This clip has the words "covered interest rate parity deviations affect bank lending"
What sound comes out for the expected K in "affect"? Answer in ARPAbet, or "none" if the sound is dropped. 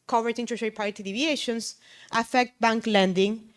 K